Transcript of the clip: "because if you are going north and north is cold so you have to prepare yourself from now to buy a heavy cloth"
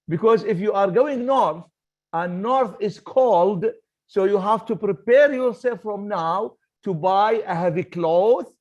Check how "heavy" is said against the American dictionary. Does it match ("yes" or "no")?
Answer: yes